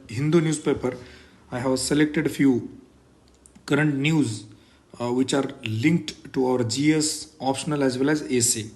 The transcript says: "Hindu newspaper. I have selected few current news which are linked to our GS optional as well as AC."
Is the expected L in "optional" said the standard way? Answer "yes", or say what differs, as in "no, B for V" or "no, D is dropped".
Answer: yes